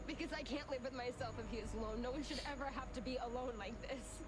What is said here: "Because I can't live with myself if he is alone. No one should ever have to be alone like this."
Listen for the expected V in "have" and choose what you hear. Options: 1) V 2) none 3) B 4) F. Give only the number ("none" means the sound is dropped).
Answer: 4